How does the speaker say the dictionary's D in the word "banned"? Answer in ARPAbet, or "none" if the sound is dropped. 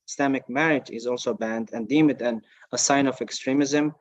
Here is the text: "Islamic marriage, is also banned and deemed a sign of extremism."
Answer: D